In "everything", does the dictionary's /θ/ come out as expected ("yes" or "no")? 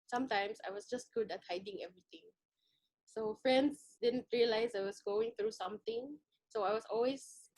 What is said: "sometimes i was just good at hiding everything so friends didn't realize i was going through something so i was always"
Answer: no